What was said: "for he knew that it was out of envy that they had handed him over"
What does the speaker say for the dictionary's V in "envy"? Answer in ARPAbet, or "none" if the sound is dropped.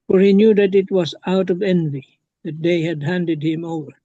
V